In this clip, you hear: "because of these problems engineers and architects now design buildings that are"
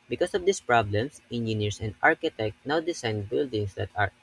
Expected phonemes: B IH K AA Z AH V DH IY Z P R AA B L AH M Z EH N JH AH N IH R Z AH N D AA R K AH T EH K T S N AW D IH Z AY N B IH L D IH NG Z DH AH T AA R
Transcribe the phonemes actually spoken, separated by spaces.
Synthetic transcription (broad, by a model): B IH K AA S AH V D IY S P R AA B L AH M S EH N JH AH N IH R S AH N D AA R K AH T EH K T N AW D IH S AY N B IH L D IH NG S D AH T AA R